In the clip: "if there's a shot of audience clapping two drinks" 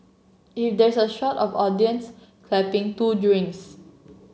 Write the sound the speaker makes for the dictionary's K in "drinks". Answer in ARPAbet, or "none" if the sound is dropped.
none